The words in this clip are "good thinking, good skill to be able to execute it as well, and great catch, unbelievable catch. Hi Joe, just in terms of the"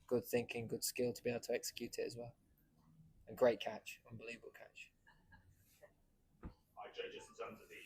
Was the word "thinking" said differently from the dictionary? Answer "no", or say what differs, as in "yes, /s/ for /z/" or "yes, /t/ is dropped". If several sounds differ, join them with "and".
no